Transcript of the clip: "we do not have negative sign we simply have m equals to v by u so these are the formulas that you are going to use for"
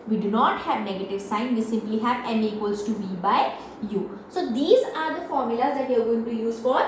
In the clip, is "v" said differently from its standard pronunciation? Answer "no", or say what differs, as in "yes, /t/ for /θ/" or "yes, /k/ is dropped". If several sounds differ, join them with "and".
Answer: yes, /b/ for /v/